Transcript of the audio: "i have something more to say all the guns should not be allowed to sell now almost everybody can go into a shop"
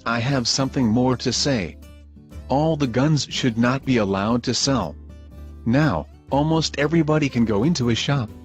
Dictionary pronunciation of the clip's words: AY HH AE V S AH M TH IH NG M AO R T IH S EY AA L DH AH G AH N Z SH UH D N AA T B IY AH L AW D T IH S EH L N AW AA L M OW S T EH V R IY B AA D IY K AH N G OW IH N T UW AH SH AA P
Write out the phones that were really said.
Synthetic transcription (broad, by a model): AY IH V S AH M TH IH NG M AO R T IH S EY AA L DH AH G AH N Z SH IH D N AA T B IY AH L AW D T IH S EH L N AW AA L M OW S T EH V R IY B AA D IY K AH N G OW IH N T UW AH SH AA P